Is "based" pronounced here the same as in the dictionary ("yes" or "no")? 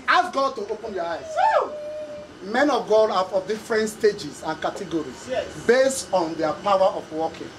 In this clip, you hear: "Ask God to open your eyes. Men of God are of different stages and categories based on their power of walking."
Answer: yes